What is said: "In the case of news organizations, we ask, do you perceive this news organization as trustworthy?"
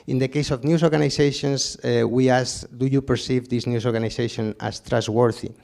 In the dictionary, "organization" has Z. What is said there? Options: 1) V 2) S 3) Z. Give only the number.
2